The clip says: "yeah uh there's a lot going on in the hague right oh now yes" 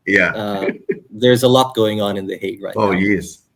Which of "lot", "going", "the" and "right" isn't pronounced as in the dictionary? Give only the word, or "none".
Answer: right